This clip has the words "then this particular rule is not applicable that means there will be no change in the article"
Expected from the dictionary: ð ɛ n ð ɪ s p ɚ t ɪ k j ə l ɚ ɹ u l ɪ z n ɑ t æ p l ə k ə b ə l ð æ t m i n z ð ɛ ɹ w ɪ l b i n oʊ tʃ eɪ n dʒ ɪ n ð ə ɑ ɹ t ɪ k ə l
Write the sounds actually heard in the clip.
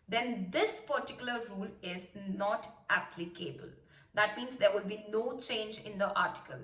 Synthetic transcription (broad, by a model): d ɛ n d ɪ s p ɚ t ɪ k j ə l ɚ ɹ u l ɪ z n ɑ t æ p l ə k ə b ə l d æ t m i n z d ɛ ɹ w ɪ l b i n oʊ tʃ eɪ n dʒ ɪ n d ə ɑ ɹ t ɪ k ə l